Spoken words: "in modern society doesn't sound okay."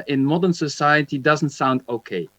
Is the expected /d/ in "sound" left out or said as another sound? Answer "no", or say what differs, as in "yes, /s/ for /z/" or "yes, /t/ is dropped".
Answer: no